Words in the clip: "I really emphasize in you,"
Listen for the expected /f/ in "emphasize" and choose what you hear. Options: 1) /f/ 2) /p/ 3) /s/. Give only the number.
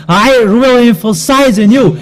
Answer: 1